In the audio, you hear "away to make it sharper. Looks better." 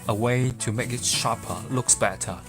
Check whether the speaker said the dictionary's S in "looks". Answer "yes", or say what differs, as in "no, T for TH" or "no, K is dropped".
yes